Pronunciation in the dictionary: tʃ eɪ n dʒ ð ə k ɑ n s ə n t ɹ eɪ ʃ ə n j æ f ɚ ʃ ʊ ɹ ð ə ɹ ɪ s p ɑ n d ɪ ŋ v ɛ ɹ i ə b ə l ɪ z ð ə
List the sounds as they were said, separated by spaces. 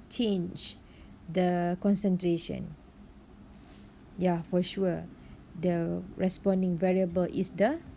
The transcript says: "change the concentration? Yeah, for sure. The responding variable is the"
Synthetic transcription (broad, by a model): tʃ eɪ n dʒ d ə k ɑ n s ə n t ɹ eɪ ʃ ə n j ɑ f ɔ ʃ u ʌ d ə ɹ ɪ s p ɑ n d ɪ ŋ v ɛ ɹ i ə b ə l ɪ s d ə